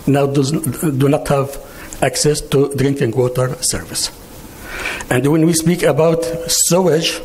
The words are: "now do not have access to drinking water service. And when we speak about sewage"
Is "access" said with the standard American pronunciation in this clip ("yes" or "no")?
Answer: yes